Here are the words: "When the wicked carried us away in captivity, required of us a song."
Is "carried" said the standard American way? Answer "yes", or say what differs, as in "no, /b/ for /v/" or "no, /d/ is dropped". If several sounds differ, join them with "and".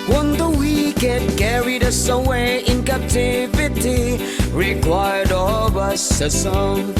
yes